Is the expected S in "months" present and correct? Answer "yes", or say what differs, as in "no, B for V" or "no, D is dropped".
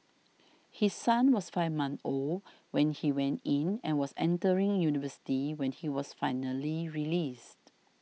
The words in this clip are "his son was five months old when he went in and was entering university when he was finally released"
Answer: no, S is dropped